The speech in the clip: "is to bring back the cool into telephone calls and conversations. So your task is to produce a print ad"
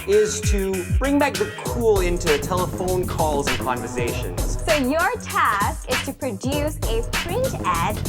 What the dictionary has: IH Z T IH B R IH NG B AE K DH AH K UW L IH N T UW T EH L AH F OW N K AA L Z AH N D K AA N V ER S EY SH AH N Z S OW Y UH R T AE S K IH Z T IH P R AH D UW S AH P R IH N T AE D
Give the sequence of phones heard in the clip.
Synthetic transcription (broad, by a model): IH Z T IH B R IH NG B AE K DH AH K UW L IH N T UW T EH L AH F OW N K AA L Z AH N K AA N V ER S EY SH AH N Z S OW Y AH R T AE S K IH Z T IH P R AH D UW S AH P R IH N T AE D